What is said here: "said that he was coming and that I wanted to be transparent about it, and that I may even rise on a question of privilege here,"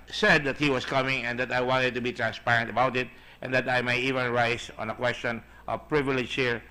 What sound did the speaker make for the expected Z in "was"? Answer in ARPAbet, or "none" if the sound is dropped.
S